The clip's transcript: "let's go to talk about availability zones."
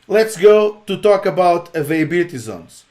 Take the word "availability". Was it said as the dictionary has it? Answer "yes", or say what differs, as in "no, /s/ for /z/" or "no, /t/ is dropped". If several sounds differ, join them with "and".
no, /b/ is dropped